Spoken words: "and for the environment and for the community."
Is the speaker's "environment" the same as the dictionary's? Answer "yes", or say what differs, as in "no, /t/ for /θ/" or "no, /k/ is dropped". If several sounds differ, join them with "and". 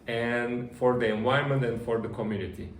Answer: no, /ɹ/ is dropped